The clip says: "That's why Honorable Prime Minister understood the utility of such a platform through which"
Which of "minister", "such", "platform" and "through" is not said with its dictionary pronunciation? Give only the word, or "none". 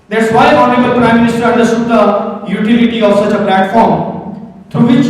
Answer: through